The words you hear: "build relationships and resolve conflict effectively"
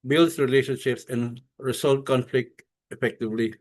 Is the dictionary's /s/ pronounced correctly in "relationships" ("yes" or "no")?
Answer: yes